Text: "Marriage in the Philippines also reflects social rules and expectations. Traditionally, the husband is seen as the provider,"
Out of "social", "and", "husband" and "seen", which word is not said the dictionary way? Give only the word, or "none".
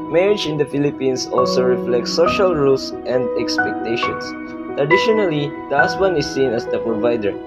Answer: husband